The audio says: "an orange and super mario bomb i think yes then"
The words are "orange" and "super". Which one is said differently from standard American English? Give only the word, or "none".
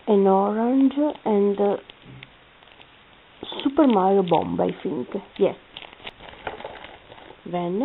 none